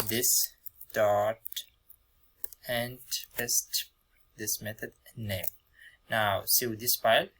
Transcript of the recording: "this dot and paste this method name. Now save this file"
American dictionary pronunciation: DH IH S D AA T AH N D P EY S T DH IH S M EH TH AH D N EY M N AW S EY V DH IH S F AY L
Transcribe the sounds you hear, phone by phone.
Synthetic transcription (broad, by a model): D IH S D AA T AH N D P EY S T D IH S M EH T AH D N EY M N AW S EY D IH S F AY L